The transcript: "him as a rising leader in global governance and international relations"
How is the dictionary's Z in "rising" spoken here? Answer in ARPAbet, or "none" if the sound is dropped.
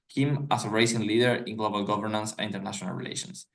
S